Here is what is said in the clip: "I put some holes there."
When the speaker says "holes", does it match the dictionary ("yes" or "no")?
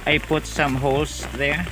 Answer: no